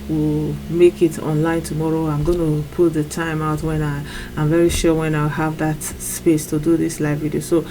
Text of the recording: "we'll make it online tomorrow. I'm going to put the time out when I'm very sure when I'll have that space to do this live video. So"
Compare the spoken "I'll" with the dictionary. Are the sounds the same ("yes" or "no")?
no